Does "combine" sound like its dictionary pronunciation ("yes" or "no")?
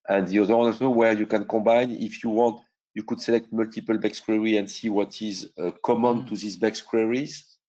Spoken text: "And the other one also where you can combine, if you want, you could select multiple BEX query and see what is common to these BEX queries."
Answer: no